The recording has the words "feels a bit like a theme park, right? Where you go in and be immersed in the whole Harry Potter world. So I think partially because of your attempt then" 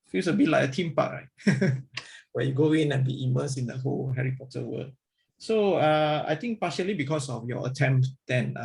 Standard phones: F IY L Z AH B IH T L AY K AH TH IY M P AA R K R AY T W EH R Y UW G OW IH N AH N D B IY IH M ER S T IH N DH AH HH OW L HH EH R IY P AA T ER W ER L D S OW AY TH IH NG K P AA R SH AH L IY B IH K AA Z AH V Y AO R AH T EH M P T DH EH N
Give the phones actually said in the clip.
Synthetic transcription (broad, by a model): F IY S AH B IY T L AY K AH T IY M P AA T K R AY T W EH Y UW G OW IH N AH N B IY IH M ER S IH N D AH HH OW L HH EH R IY P AA T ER W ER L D S OW AY T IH NG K P AA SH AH L IY B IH K AA S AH F Y AO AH T EH M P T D EH N